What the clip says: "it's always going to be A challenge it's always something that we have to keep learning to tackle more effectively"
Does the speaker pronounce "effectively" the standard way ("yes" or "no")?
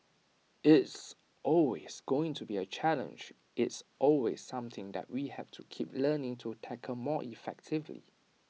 yes